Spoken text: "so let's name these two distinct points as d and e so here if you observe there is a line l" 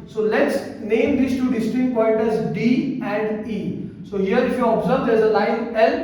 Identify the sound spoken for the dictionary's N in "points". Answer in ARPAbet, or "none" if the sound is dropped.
none